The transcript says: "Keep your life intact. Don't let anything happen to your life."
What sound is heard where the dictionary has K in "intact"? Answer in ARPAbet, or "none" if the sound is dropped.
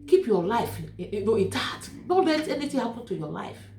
none